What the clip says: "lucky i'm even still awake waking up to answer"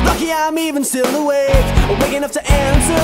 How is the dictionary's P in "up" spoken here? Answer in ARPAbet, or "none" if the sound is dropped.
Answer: F